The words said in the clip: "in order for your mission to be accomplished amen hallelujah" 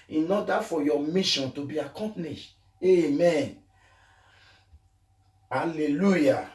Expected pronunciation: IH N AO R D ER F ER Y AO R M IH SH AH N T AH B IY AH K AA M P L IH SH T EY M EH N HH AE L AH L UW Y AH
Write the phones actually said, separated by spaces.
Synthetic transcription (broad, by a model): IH N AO D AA F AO Y AO M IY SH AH N T AH B IY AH K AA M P N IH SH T EY M EH N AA L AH L UW Y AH